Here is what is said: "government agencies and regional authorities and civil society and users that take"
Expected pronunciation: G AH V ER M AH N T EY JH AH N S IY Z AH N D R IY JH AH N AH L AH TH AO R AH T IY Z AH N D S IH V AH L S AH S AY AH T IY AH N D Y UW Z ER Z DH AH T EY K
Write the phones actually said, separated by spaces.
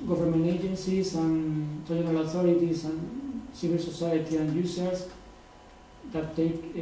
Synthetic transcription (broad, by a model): G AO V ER M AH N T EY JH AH N S IY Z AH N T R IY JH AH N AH L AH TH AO R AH T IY S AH N S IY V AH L S AH S AY AH T IY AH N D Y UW S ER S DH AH T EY K